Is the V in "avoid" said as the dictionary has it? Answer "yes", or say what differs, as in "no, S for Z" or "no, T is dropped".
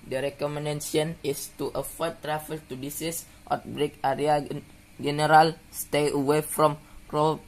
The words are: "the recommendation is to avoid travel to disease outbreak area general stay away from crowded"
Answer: no, F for V